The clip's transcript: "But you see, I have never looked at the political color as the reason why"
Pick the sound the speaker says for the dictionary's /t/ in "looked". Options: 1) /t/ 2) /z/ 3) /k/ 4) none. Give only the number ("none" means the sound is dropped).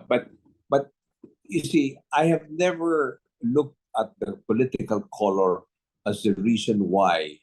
1